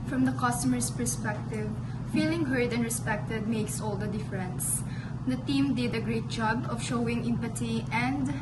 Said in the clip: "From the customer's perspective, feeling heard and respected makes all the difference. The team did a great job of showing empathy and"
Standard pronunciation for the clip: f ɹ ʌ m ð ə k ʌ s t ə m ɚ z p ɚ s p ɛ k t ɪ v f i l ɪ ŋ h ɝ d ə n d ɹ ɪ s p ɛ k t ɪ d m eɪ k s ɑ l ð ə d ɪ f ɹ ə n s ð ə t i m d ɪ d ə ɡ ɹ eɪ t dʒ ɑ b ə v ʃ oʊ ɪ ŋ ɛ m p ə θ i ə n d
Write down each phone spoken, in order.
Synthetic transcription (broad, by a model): f ɹ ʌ m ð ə k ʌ s t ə m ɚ s p ɚ s p ɛ k t ɪ v f i l ɪ ŋ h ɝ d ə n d ɹ ɪ s p ɛ k t ɪ d m eɪ k s ɑ l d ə d ɪ f ɹ ə n s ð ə t i m d ɪ d ə ɡ ɹ eɪ t dʒ ɑ b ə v ʃ oʊ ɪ ŋ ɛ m p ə t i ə n d